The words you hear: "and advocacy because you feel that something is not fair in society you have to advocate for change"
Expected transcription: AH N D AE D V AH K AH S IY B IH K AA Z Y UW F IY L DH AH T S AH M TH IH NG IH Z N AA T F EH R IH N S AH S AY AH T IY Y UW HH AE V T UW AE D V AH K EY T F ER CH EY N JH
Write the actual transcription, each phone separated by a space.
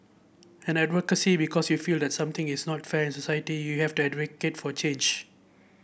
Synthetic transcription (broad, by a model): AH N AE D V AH K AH S IY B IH K AA S Y UW F IY L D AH T S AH M T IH NG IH S N AA T F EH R IH N S AH S AY AH T IY Y UW HH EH F T UW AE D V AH K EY T F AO CH EY N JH